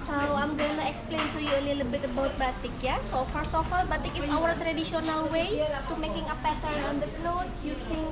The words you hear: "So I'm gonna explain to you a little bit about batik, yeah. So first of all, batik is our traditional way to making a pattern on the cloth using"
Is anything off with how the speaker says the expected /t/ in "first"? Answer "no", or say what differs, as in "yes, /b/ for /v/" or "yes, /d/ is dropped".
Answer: yes, /t/ is dropped